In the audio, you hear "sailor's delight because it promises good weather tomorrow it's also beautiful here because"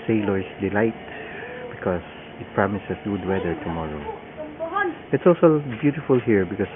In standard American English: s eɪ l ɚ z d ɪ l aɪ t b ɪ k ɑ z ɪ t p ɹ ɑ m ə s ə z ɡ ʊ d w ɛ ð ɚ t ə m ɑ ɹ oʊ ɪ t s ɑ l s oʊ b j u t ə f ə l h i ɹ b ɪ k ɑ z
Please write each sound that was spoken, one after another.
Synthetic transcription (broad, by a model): s eɪ l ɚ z d ɪ l aɪ t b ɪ k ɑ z ɪ t p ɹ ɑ m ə s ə s ɡ ʊ d w ɛ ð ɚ t ə m ɑ ɹ oʊ ɪ t s ɑ l s oʊ b j u t ə f ə l h i ɹ b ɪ k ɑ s